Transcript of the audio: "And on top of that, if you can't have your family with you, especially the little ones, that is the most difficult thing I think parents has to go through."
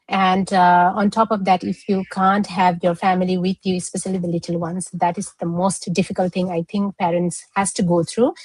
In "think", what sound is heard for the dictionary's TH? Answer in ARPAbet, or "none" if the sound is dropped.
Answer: T